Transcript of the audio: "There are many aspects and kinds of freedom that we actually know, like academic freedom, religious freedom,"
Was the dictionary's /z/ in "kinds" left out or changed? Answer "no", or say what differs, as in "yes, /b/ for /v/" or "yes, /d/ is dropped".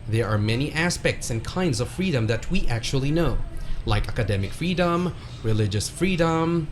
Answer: no